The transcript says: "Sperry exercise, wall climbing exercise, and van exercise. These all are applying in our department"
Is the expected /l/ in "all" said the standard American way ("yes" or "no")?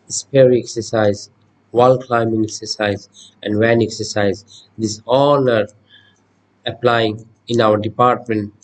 no